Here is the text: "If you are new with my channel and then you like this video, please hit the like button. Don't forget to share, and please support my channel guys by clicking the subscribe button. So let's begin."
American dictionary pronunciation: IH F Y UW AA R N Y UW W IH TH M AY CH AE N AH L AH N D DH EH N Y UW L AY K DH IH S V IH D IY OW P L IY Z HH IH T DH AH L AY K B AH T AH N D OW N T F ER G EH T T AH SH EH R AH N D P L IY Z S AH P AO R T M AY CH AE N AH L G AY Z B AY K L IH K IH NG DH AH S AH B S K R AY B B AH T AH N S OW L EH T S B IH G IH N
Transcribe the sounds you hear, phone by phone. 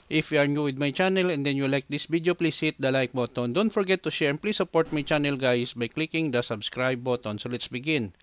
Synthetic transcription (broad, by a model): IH F Y UW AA R N Y UW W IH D M AY CH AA N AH L AH N D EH N Y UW L AY K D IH S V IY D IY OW P L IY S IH T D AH L AY K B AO T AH N D OW N T F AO G EH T T AH SH EH R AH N P L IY S AH P AO R T M AY CH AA N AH L G AY S B AY K L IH K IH NG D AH S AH B S K R AY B B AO T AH N S OW L EH T S B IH G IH N